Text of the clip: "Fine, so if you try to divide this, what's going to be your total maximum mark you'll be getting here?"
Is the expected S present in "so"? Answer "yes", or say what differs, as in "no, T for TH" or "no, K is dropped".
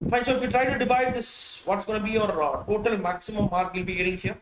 no, SH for S